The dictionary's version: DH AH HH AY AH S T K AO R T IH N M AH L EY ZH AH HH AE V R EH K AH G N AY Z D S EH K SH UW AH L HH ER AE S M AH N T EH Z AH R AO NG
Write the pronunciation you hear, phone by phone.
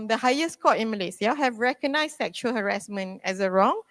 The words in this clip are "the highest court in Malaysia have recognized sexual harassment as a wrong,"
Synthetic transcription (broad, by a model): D AH HH AY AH S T K AO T IH N M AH L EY S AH HH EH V R EH K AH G N AY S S EH K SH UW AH L HH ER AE S M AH N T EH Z AH R AO NG